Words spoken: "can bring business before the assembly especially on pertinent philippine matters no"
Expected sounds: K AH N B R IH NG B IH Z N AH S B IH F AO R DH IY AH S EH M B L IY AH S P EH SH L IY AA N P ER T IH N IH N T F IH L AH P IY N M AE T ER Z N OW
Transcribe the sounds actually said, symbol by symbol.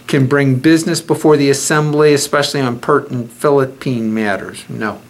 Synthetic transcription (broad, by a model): K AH N B R IH NG B IH Z N AH S B IH F AO R DH IY AH S EH M B L IY AH S P EH SH L IY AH N P ER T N N F IH L AH P IY N M AE T ER Z N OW